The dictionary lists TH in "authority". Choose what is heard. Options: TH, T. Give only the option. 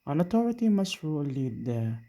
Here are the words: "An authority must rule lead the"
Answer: T